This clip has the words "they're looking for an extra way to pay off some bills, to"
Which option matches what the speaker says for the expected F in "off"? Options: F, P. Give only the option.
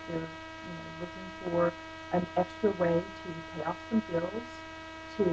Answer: P